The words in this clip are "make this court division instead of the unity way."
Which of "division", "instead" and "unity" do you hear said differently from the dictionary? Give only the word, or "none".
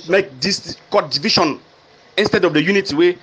division